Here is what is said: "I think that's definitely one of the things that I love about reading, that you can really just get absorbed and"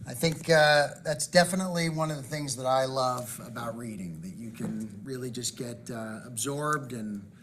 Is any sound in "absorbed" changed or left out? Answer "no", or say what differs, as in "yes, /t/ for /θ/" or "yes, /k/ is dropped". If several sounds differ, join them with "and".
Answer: no